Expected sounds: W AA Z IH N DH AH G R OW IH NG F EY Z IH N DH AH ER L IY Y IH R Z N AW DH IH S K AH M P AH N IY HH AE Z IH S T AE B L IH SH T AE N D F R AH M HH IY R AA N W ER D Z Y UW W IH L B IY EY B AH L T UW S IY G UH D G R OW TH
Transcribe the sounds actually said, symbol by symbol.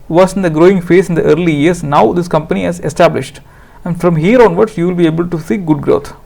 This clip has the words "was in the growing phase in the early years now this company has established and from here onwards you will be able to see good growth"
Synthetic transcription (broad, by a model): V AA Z IH N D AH G R OW IH NG F EY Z IH N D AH ER L IY Y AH R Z N AW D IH S K AH M P AH N IY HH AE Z IH S T AE B L IH SH T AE N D F R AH M HH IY R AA N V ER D S Y UW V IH L B IY EY B AH L T UW S IY G UH D G R OW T